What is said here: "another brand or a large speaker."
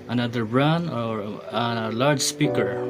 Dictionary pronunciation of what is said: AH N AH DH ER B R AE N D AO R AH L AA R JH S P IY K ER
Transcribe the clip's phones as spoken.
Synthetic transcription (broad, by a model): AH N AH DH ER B R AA N AO R AH L AA R JH S P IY K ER